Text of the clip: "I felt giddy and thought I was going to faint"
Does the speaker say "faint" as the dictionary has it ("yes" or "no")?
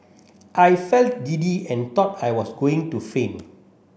no